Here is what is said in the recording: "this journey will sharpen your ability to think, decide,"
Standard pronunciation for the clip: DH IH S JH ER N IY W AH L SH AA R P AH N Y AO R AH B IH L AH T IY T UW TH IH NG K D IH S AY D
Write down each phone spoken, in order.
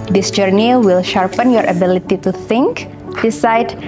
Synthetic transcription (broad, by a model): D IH S JH ER N IY W AH L SH AA R P AH N Y AO R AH B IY L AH T IY T UW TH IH NG K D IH S AY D